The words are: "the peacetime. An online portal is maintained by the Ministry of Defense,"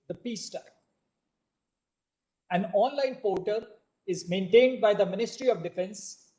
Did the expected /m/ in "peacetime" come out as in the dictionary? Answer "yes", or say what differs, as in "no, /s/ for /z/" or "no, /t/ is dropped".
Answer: no, /m/ is dropped